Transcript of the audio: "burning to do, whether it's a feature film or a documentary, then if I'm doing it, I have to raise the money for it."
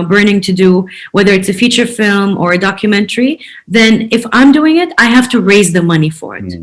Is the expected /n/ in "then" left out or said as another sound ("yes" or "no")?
no